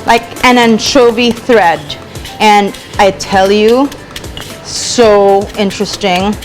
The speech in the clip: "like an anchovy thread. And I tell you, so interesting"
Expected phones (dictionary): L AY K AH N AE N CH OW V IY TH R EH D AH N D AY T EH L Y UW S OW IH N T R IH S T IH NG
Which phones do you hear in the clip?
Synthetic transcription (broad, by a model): L AY K AH N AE N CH OW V IY TH R EH D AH N AY T EH L Y UW S OW IH N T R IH S T IH NG